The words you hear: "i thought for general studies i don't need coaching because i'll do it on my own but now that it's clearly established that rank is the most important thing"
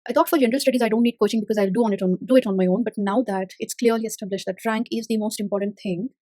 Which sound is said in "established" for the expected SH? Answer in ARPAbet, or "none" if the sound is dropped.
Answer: SH